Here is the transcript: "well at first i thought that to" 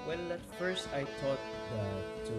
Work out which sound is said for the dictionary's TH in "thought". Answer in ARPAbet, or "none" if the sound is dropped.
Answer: T